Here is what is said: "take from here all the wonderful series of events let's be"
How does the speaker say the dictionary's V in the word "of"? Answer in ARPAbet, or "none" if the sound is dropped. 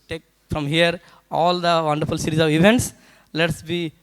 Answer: V